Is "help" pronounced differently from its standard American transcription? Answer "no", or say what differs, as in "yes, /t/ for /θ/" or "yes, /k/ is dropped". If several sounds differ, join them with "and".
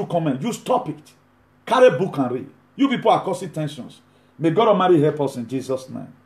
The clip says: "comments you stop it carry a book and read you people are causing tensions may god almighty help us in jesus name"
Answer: yes, /l/ is dropped